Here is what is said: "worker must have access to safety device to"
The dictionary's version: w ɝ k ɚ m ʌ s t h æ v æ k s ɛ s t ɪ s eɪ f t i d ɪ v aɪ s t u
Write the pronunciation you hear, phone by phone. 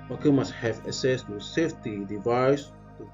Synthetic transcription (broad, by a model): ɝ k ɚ m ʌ s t h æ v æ s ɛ s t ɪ s eɪ f t i d ɪ v aɪ s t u